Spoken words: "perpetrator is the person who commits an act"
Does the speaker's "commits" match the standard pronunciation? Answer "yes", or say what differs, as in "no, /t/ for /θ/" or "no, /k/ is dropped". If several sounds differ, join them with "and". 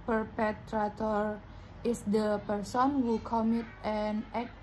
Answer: no, /s/ is dropped